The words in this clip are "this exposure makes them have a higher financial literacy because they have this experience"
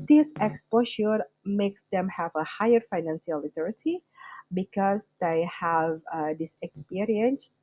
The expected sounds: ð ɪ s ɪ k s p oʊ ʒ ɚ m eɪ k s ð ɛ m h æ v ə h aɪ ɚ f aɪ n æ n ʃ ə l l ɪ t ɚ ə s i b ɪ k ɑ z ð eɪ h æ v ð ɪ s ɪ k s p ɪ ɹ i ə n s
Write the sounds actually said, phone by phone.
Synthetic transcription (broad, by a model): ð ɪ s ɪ k s p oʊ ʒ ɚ m eɪ k s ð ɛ m h æ v ə h aɪ ɚ f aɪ n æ n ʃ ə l l ɪ t ɚ ə s i b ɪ k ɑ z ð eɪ h æ v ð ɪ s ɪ k s p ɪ ɹ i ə n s